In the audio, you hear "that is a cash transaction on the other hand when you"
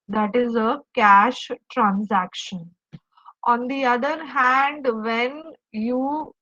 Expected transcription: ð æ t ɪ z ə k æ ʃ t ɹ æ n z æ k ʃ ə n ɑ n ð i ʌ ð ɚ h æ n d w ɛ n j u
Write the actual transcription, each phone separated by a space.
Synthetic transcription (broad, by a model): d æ t ɪ z ə k æ ʃ t ɹ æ n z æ k ʃ ə n ɑ n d i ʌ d ɚ h æ n d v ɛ n j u